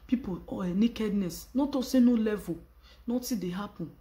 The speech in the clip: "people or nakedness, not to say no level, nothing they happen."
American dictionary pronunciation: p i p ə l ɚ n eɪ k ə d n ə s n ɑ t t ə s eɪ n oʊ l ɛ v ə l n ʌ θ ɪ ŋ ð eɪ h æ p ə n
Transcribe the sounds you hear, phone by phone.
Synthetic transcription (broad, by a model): p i p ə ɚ n eɪ k ə d n ə s n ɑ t t ə s eɪ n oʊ l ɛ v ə n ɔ t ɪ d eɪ h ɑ p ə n